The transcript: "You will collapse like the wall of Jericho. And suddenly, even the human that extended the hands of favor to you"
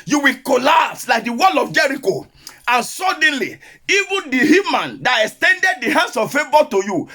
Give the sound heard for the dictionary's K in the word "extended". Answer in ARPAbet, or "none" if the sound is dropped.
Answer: K